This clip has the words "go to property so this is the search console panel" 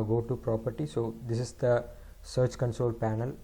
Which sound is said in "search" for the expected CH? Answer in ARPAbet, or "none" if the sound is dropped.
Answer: CH